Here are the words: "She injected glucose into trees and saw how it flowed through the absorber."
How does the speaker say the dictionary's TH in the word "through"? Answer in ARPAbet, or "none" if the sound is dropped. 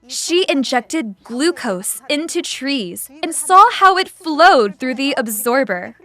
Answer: TH